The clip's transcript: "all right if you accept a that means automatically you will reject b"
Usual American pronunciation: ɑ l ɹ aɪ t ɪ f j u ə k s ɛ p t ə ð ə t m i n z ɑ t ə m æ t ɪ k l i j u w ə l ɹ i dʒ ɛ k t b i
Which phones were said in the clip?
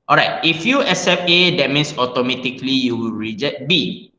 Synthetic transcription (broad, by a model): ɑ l ɹ aɪ t ɪ f j u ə s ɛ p ə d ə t m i n s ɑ t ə m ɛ t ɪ k l i j u w ə l ɹ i dʒ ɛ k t b i